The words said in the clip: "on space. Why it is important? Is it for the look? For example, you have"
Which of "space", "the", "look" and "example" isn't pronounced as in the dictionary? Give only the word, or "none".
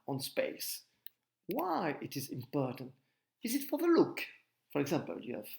none